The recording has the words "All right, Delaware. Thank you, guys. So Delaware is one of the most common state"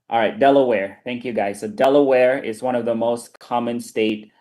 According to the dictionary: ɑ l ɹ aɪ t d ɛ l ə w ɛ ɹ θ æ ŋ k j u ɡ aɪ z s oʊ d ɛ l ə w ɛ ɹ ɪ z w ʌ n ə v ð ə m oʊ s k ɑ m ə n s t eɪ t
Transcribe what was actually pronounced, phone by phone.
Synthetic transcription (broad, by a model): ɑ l ɹ aɪ t d ɛ l ə w ɛ ɹ θ æ ŋ k j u ɡ aɪ z s oʊ d ɛ l ə w ɛ ɹ ɪ z w ʌ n ə v ð ə m oʊ s k ɑ m ə n s t eɪ t